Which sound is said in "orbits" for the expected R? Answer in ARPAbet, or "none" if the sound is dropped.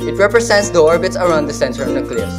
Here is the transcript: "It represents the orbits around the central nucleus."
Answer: R